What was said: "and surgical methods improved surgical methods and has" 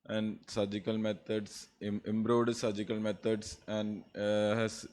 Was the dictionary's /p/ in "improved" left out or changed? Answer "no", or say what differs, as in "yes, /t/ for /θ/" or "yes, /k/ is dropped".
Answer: yes, /b/ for /p/